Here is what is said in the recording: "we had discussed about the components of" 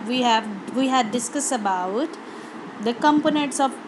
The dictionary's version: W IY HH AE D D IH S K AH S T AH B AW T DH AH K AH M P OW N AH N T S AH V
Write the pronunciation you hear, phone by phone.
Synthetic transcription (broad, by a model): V IY HH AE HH D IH S K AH S AH B AW T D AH K AH M P OW N AH N T S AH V